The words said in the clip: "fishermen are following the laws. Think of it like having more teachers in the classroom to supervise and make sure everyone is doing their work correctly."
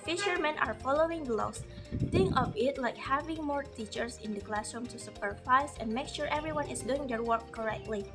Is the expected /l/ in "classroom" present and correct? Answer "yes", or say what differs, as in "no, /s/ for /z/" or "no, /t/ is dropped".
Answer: yes